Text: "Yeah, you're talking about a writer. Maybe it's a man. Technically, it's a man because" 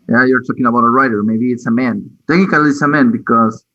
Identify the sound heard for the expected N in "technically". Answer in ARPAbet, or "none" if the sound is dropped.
none